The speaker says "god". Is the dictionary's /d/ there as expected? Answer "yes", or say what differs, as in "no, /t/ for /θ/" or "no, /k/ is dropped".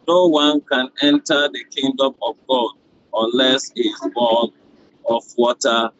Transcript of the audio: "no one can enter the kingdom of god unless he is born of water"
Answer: yes